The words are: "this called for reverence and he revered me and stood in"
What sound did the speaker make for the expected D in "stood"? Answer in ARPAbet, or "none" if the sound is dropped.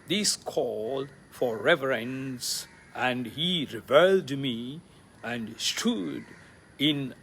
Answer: D